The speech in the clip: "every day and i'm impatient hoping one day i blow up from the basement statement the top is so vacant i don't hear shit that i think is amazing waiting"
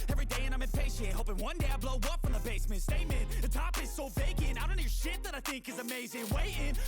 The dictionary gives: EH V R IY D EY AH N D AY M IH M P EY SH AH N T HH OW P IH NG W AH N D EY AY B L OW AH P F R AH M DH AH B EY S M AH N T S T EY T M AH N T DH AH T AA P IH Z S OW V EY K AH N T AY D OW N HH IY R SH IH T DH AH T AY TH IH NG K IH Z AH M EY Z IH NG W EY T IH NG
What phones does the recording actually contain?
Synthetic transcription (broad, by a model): EH V R IY D EY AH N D AY M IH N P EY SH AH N HH OW P IH NG W AH N D EY AY B L OW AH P F R AH M DH AH B EY S M AH N T S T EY M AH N DH AH T AA P IH Z S OW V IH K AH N AY D OW N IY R SH IH T DH AH T AY TH IH NG K IH Z AH M EY Z IH NG W EY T IH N